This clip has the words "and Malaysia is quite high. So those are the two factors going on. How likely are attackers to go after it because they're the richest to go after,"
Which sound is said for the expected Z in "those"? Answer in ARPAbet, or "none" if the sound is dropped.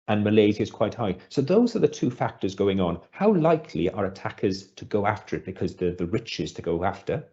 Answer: Z